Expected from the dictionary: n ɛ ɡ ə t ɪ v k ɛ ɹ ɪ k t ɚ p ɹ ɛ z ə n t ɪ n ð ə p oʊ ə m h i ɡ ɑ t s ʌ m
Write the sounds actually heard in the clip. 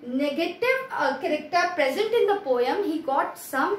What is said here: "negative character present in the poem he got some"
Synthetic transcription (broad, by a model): n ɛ ɡ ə t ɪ v k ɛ ɹ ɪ k t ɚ p ɹ ɛ z ə n t ɪ n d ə p oʊ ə m h i ɡ ɑ t s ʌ m